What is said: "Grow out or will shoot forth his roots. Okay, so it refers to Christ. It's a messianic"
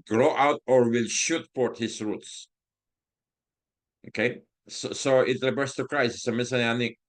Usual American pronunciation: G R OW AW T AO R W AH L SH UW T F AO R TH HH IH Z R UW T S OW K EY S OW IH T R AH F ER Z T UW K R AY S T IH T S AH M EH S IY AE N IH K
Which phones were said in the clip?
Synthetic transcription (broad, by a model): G R OW AW T AO R W AH L SH UW T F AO R T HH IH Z R UW T S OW K EY S OW IH T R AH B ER S T UW K R AY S IH S AH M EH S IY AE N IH